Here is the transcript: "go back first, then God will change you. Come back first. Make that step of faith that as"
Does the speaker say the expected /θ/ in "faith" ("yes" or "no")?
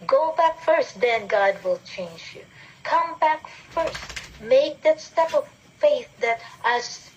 yes